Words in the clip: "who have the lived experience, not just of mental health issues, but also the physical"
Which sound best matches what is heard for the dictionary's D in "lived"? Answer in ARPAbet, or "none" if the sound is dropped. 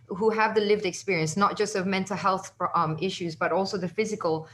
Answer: D